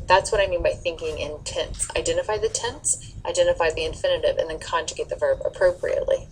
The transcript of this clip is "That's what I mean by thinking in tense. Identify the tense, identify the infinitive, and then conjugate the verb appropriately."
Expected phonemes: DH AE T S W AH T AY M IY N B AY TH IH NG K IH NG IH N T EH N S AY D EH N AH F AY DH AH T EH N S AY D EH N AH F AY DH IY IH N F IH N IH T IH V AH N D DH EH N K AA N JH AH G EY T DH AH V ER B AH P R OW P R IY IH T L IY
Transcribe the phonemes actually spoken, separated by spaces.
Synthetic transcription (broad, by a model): DH AE T S W AH T AY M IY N B AY TH IH NG K IH NG IH N T EH N S AY D EH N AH F AY DH AH T EH N S AY D EH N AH F AY DH IY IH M F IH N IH T IH V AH N DH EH N K AA N JH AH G EY T DH AH V ER B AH P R OW P R IY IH T L IY